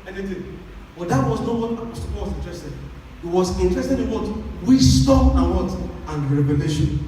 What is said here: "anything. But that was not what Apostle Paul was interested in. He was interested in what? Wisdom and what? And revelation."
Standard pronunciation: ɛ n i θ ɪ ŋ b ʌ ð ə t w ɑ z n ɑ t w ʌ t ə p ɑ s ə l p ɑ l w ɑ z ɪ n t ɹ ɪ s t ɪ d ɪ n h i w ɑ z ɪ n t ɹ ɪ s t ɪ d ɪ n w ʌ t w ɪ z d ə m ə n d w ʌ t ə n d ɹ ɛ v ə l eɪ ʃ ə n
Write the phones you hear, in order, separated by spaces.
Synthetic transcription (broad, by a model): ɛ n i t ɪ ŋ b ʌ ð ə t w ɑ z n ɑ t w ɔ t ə ɑ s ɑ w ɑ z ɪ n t ɹ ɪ s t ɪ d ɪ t w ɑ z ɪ n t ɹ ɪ s t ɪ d ɪ n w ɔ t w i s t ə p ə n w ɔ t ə n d ɹ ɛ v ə l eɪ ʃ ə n